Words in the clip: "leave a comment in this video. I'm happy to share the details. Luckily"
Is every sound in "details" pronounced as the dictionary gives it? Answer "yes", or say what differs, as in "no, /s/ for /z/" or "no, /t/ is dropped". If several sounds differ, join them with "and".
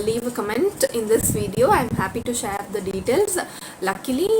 yes